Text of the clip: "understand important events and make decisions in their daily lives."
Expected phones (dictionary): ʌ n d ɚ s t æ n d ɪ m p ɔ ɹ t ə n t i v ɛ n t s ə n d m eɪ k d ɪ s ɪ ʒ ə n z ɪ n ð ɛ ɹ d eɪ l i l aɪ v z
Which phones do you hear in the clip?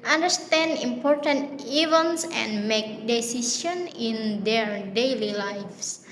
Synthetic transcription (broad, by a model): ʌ n d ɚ s t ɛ n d ɪ m p ɔ ɹ t ə n t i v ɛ n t s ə n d m eɪ k d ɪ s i s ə n ɪ n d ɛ ɹ d eɪ l i l aɪ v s